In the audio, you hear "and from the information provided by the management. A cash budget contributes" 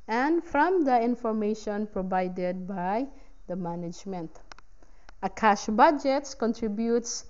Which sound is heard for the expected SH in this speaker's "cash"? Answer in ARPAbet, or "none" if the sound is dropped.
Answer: SH